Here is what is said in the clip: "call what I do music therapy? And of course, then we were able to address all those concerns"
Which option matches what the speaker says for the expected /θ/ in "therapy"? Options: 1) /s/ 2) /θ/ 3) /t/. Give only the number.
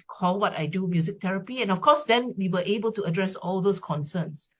3